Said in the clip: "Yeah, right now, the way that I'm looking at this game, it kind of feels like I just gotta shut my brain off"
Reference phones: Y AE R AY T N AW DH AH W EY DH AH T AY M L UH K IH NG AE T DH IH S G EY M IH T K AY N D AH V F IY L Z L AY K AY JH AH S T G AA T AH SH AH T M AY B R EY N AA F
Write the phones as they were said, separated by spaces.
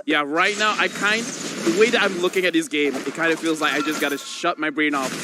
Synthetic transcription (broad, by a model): Y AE R AY T N AW DH AH W EY DH AH T AY M L UH K IH NG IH T DH IH S G EY M IH T K AY N D AH V F IY L Z L AY K AY JH AH S G AA T AH SH AH T M AY B R EY N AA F